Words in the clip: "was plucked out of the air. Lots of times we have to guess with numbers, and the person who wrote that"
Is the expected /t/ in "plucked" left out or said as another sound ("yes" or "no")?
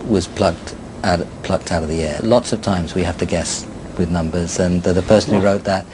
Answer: no